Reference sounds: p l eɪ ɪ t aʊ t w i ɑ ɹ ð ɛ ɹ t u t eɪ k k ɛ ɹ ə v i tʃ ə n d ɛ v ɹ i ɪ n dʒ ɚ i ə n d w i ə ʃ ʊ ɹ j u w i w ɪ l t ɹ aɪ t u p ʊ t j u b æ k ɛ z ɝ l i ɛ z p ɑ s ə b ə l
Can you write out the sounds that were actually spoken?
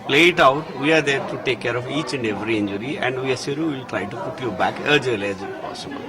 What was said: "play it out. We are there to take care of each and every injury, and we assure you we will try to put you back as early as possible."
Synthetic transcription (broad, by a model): l eɪ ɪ t aʊ t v i ɑ ɹ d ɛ ɹ t u t eɪ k k ɛ ɹ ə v i tʃ ə n d ɛ v ɹ i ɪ n dʒ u i ə n d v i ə s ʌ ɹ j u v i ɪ l t ɹ aɪ t u p ʊ t j u b æ k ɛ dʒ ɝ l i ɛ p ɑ s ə b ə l